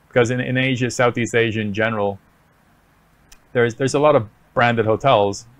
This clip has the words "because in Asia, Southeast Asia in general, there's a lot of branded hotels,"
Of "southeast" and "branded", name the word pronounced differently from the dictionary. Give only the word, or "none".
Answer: none